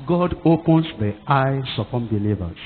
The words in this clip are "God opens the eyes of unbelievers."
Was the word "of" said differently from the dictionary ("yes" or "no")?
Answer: yes